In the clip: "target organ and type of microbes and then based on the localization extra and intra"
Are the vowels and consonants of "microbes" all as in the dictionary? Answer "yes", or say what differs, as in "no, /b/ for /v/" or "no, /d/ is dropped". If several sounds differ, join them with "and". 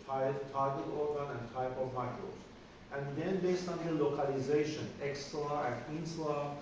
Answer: no, /b/ is dropped